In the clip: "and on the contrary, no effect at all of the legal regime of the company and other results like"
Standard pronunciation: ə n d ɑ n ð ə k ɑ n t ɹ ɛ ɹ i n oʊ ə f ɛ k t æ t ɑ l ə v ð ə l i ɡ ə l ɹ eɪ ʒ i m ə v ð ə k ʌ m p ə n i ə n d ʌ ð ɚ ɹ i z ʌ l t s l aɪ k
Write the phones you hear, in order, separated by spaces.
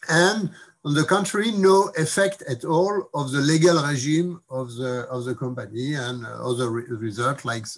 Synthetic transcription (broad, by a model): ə n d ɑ n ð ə k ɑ n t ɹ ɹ i n oʊ ə f ɛ k t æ t ɑ l ə v ð ə l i ɡ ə l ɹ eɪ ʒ i m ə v ð ə k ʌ m p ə n i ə n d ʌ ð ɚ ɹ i z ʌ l t l aɪ k